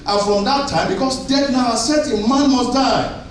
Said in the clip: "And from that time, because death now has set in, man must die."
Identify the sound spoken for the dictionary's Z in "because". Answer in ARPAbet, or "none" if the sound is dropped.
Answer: S